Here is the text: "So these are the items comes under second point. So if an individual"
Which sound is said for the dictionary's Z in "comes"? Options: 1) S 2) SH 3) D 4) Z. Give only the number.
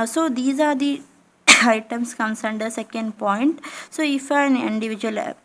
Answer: 1